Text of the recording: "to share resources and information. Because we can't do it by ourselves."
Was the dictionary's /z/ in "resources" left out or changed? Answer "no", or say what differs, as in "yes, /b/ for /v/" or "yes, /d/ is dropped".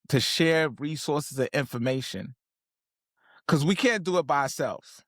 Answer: no